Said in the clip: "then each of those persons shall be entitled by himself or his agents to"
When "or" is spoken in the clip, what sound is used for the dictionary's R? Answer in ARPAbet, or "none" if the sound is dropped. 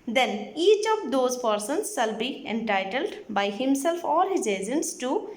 L